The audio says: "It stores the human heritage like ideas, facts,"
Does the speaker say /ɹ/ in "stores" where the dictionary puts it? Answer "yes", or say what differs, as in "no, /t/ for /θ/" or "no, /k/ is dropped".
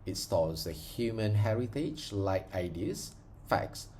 no, /l/ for /ɹ/